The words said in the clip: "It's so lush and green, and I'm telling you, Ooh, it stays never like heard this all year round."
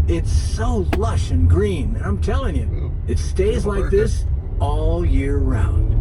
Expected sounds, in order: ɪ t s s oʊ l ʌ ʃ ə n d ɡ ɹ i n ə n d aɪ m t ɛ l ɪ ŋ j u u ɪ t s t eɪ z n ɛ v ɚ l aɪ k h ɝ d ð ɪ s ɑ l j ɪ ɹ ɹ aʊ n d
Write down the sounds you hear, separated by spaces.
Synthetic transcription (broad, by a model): ɪ t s s oʊ l ʌ ʃ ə n ɡ ɹ i n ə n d aɪ m t ɛ l ɪ ŋ j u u ɪ t s t eɪ z l aɪ k ð ɪ s ɑ l j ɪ ɹ ɹ aʊ n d